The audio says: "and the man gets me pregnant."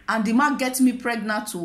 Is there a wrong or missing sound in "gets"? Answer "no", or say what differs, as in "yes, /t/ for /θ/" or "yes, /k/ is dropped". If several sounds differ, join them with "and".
yes, /s/ is dropped